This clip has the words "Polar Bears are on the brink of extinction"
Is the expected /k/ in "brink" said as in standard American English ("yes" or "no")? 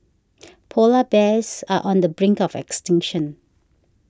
yes